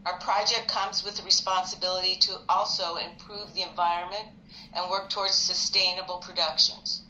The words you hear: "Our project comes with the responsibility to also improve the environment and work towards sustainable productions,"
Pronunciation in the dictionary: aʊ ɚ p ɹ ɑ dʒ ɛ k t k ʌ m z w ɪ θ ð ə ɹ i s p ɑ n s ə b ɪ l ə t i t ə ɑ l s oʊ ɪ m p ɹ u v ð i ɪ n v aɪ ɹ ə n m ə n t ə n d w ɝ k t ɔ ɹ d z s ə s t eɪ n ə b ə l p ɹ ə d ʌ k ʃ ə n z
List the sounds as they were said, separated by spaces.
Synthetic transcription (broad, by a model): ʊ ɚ p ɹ ɑ dʒ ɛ k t k ʌ m z w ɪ ð ə ɹ i s p ɑ n s ə b ɪ l ə t i t ə ɑ l s oʊ ɪ m p ɹ u v ð i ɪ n v aɪ ɹ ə n m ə n t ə n w ɝ k t ɔ ɹ d z s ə s t eɪ n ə b l p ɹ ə d ʌ k ʃ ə n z